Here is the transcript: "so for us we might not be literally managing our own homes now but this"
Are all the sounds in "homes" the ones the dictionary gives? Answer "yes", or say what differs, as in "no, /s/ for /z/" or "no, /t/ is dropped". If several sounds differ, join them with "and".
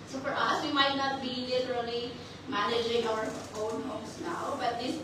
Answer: no, /s/ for /z/